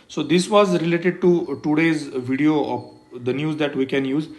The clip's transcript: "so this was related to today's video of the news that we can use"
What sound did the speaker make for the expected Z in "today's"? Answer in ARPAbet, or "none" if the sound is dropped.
Z